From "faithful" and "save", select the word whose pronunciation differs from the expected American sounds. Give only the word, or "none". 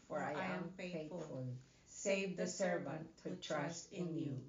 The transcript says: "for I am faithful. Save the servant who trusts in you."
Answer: faithful